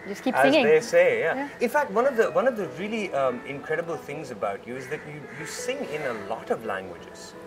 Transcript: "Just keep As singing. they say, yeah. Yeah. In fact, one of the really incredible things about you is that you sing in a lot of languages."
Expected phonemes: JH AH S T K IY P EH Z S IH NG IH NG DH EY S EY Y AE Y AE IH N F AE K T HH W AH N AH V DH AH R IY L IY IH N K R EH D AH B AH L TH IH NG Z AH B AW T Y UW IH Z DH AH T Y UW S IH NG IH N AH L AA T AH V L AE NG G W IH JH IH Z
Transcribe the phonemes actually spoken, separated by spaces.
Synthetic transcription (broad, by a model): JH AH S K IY AH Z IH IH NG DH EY S EY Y Y AE IH N F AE K T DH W AH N AH V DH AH R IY L IY IH N K R EH D AH B AH L TH IH NG Z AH B AW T Y UW IH Z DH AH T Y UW S IH NG IH N AH L AA T AH V L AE NG G W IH JH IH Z